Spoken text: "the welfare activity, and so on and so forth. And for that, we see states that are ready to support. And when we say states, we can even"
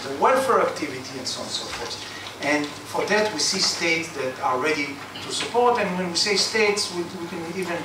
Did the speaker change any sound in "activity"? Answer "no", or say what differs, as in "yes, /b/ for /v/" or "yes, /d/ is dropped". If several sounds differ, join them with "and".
no